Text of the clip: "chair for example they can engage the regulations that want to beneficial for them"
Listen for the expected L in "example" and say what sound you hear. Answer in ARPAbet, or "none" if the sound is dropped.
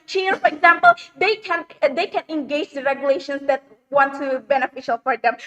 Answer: N